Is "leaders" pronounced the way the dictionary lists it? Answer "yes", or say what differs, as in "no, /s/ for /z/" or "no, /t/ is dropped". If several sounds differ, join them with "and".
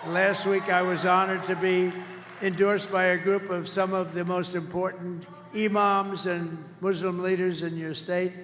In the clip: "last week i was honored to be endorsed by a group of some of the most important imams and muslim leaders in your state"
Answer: yes